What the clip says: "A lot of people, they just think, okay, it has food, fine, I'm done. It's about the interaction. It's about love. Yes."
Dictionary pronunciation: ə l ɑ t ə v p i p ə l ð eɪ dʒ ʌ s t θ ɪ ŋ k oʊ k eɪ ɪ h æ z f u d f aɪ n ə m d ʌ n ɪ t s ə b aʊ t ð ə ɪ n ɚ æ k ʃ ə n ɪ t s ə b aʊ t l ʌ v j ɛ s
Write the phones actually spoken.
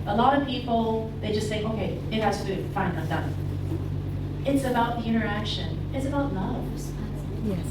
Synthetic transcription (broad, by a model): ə l ɑ t ə v p i p l ð eɪ dʒ ʌ s t θ ɪ ŋ k oʊ k eɪ ɪ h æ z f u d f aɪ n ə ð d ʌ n ɪ t s ə b aʊ t ð ə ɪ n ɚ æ k ʃ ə n ɪ t s ə b aʊ t n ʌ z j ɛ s